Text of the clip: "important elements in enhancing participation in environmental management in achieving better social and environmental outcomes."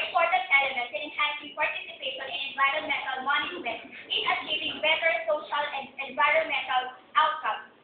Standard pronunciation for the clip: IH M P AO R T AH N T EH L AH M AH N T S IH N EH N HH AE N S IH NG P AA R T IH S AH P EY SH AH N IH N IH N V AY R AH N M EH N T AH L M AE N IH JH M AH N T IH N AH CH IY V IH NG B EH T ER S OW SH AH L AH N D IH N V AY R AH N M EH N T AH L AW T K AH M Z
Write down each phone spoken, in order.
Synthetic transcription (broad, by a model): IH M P AO R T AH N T EH L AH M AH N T IH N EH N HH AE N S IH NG P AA R T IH S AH P EY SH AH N IH N IH N V AY R AH N M EH N T AH L M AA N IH M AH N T IH N AH CH IY V IH NG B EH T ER S OW SH AH L AH N D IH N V AY R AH N M EH N T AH L AW T K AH M